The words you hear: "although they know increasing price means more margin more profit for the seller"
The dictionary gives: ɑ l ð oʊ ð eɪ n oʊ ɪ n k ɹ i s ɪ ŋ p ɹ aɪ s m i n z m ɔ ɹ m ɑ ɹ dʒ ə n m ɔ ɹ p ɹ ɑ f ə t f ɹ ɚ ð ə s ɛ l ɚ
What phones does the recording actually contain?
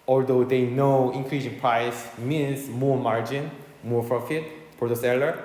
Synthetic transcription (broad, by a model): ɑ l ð oʊ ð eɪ n oʊ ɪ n k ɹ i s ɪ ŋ p ɹ aɪ s m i n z m ɔ ɹ m ɑ ɹ dʒ ə n m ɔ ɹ p ɹ ɑ f ə t p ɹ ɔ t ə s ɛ l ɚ